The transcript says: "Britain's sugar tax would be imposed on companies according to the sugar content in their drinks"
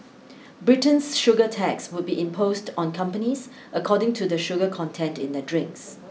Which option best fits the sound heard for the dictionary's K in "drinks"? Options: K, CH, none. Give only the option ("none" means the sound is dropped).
K